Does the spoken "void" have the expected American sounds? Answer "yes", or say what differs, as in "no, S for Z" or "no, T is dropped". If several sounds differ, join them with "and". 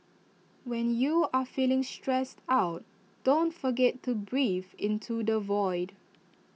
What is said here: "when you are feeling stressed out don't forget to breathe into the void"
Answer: yes